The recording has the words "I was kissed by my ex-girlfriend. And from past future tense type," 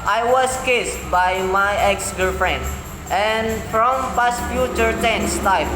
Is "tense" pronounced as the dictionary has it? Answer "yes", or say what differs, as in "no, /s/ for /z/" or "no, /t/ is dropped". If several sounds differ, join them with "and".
yes